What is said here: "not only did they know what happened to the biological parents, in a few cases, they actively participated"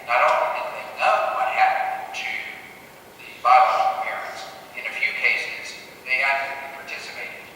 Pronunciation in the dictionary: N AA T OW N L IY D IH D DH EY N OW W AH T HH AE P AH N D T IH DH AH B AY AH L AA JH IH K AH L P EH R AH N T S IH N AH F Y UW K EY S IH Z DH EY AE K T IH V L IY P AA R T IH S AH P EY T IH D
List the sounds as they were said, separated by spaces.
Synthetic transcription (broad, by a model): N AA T OW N IY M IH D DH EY N OW W AH T HH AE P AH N T IH DH AH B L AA IH AH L P EH R AH N T S IH N AH F Y UW K EY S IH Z DH EY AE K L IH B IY P AA R T IH S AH P EY T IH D